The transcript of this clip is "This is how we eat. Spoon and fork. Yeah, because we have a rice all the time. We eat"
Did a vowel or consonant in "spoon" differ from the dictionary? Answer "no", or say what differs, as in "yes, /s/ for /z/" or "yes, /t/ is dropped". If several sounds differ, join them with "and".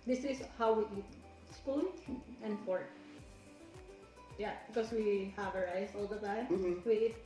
yes, /l/ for /n/